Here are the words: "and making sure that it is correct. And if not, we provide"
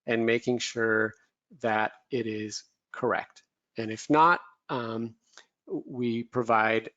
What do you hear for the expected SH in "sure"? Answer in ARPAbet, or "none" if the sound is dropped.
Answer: SH